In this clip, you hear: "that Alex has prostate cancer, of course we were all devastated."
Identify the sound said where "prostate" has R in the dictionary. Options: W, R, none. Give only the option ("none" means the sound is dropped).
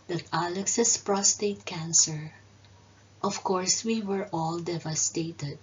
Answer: R